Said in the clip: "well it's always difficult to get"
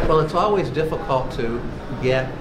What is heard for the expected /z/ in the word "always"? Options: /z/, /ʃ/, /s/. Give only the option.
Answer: /z/